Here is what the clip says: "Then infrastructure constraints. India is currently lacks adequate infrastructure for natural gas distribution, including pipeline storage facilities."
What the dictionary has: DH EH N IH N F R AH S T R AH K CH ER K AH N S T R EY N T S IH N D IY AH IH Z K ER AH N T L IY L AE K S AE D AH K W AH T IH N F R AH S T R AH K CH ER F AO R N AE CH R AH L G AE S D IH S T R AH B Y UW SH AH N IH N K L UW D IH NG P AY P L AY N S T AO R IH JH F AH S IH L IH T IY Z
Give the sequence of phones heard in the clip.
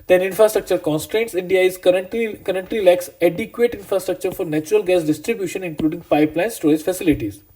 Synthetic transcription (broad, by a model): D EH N IH N F R AH S T R AH K CH ER K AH N S T R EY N T S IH N D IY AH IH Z K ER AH N T L IY L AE K S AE D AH K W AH T IH N F R AH S T R AH K CH ER F AO R N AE CH R AH L G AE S D IH S T R AH B Y UW SH AH N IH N K L UW D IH NG P AY P L AY N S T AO IH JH F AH S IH L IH T IY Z